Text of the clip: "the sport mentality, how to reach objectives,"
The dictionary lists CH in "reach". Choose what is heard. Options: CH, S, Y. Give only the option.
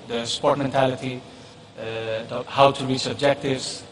S